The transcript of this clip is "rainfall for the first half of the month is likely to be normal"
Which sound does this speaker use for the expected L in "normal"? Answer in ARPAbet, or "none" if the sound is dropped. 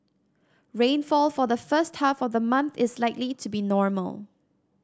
L